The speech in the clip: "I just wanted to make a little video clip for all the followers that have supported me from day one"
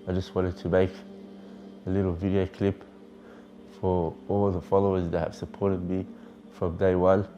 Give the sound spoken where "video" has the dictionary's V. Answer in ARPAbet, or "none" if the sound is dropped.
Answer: V